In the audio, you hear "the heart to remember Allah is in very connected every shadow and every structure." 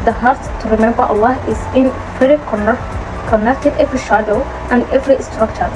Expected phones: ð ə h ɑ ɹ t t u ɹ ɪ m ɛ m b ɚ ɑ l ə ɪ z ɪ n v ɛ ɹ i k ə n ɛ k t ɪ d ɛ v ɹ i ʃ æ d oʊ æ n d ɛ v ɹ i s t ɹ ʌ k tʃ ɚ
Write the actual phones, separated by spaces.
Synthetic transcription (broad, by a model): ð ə h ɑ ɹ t t u ɹ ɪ m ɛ m b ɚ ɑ l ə ɪ z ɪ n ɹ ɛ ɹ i k ə n ɛ k t ɪ d ɛ v ɹ i ʃ æ d oʊ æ n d ɛ v ɹ i s t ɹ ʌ k tʃ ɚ